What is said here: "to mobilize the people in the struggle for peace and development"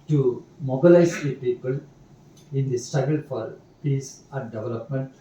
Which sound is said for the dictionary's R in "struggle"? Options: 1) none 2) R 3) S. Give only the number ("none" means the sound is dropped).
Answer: 1